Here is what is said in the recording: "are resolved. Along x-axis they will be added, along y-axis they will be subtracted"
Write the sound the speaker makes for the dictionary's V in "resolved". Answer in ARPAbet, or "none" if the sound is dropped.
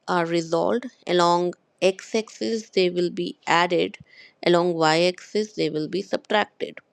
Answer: none